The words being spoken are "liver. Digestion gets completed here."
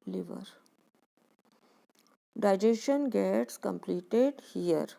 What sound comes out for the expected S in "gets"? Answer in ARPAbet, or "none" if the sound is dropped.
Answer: S